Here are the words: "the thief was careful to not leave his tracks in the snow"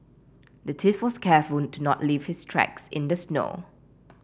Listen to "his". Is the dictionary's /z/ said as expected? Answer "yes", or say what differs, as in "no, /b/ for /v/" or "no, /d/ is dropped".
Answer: no, /s/ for /z/